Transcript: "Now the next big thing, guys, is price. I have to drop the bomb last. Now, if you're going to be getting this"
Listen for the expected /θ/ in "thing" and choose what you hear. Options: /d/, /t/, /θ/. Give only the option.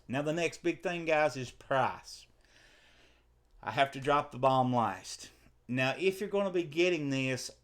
/θ/